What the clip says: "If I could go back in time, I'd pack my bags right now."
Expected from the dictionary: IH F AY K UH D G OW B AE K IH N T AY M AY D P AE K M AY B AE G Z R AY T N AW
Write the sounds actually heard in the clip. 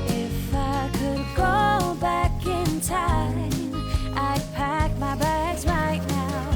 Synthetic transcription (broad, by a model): IH F AY K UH D G OW B AE K IH N T AY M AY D P AE K M AY B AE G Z R AY T N AW